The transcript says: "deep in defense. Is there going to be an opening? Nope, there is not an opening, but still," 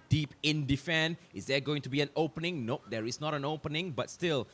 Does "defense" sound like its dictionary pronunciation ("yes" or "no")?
no